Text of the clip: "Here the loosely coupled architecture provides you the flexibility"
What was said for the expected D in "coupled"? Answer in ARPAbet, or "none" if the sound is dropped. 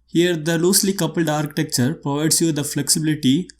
D